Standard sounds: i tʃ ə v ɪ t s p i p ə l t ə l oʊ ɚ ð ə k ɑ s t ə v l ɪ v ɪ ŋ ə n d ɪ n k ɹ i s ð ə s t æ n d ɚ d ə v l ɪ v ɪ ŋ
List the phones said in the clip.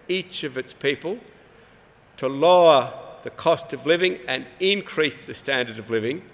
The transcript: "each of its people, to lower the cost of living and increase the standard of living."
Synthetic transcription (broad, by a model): i tʃ ə v ɪ t s p i p ə l t ə l oʊ ɚ ð ə k ɑ s t ə v l ɪ v ɪ ŋ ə n ɪ n k ɹ i s ð ə s t æ n d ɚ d ə v l ɪ v ɪ ŋ